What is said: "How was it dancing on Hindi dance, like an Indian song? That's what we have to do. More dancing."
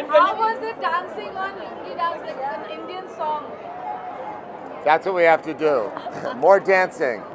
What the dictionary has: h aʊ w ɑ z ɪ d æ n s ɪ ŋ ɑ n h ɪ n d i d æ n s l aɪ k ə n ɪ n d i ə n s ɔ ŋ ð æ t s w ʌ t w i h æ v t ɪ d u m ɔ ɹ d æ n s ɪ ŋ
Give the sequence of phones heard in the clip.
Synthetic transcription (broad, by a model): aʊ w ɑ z ɪ d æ n s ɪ ŋ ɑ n n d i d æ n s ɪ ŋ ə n ɪ n d i ə n s ɔ ŋ ð æ t s w ʌ t w i h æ f t ɪ d u m ɔ ɹ d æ n s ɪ ŋ